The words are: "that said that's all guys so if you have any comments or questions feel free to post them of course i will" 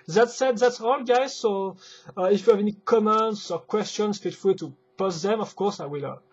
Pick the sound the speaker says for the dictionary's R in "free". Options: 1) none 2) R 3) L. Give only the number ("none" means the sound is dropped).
3